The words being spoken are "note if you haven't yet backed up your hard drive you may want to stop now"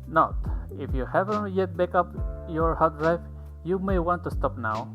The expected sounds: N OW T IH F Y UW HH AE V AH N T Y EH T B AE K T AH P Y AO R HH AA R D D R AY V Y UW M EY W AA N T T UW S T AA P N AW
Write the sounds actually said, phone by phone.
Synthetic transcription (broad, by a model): N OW T IH F Y UW HH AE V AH N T Y EH T B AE K AH P Y AO R HH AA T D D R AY F Y UW M EY W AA N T T UW S T AA P N AW